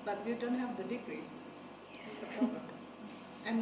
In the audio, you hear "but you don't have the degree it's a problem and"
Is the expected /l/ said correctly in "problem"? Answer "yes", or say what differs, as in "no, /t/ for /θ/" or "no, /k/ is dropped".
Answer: no, /l/ is dropped